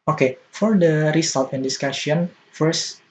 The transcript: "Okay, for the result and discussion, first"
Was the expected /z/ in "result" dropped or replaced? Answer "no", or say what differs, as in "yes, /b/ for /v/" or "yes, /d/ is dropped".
yes, /s/ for /z/